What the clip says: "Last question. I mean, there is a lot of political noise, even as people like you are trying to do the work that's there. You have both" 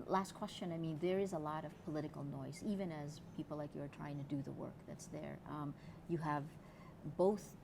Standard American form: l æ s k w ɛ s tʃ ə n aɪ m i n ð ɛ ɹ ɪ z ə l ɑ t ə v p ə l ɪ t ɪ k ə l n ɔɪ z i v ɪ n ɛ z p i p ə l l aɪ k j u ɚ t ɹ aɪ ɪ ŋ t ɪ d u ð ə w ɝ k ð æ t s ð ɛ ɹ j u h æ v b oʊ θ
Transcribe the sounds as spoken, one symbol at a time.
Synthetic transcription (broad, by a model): l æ s k w ɛ s tʃ ə n aɪ m i n ð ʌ ɹ ɪ z ə l ɑ t ə v p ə l ɪ t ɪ k l n ɔɪ z i v ɪ n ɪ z p i p l l aɪ k j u ɚ t ɹ aɪ ɪ ŋ t ɪ d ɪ ð ə w ɝ k ð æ t s ð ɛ ɹ j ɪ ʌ v b oʊ θ